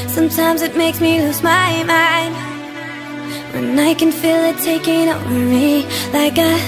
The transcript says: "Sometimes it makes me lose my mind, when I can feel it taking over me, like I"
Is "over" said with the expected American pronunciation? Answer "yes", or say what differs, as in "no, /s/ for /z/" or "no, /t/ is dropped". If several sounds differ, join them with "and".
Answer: no, /w/ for /v/